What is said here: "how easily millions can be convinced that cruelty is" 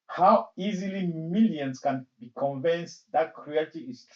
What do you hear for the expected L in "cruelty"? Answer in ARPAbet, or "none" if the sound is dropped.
none